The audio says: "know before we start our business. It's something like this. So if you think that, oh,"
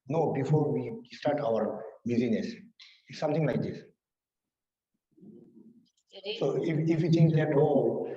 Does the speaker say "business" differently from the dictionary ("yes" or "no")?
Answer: yes